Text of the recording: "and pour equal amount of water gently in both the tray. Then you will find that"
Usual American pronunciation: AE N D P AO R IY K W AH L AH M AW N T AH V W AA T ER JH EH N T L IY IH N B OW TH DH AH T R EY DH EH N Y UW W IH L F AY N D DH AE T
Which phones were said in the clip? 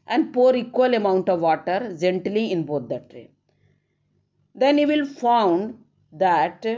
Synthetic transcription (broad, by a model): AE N D P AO R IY K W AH L AH M AW N T AH V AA T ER JH EH N T L IY IH N B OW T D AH T R EY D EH N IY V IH L F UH N D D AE T